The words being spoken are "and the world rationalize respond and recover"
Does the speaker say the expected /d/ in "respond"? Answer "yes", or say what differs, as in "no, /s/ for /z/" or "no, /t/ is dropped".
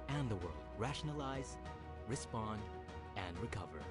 yes